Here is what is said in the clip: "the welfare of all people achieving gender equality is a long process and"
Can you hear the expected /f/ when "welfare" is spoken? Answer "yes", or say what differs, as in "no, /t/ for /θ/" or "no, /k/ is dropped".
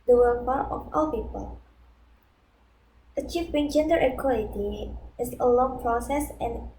no, /p/ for /f/